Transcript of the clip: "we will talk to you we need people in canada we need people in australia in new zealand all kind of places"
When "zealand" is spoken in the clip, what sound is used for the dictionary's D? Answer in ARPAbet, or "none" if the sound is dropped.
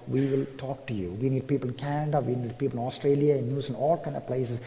none